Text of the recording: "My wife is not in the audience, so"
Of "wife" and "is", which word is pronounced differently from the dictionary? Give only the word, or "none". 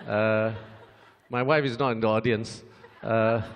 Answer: none